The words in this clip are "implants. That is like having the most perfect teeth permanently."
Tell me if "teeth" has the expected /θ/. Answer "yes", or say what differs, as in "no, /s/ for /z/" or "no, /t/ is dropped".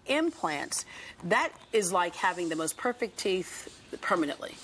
yes